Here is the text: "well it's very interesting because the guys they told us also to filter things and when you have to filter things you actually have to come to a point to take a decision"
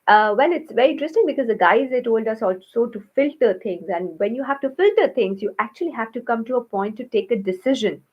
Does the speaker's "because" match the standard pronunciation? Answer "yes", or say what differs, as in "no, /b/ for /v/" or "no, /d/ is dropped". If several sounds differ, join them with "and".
yes